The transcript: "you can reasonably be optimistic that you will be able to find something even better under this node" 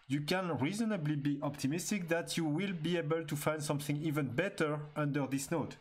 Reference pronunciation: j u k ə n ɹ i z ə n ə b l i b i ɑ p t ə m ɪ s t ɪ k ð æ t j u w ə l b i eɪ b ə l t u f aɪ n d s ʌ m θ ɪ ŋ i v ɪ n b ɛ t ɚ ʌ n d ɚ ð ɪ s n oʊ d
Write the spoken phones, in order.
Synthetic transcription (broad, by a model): j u k ə n ɹ i z ə n ə b l i b i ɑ p t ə m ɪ s t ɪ k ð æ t j u w ə l b i eɪ b ə l t u f aɪ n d s ʌ m θ ɪ ŋ i v ɪ n b ɛ t ɚ ʌ n d ɚ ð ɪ s n oʊ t